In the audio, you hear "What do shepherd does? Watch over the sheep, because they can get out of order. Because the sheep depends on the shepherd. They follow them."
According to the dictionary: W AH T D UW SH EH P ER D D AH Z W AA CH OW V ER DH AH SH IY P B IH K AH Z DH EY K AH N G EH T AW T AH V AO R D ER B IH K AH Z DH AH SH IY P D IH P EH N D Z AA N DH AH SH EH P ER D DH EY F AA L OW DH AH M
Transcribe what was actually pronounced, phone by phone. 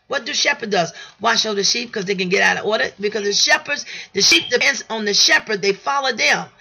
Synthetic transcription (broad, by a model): W AH T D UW SH EH P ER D D AH Z W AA SH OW UH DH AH SH IY P K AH Z DH EY K AH N G EH T AW T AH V AO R D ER B IH K AH Z DH AH SH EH P D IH P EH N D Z N DH AH SH EH P ER D DH EY F AA L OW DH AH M